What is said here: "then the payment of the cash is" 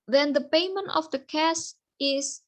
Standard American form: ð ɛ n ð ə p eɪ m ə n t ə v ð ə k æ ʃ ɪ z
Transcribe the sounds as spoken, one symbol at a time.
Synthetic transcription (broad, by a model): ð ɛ n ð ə p eɪ m ə n t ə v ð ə k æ s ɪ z